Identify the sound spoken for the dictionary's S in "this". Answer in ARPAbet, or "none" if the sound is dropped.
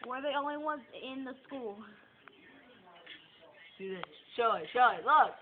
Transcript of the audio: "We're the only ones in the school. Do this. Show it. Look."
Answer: SH